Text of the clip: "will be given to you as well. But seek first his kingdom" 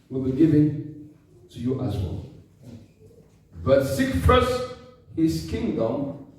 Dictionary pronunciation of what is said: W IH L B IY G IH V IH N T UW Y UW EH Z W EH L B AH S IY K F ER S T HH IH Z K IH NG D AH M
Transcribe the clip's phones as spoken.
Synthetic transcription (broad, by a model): W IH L B IY G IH V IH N T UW Y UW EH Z W EH L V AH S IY K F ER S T HH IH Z K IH NG D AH M